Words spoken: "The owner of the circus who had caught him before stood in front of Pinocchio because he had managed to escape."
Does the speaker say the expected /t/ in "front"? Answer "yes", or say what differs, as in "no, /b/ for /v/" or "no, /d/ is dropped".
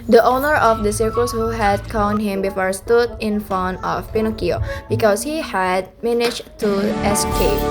no, /t/ is dropped